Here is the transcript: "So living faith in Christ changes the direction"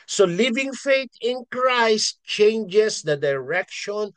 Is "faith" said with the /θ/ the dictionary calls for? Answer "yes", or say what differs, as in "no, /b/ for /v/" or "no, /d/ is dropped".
no, /t/ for /θ/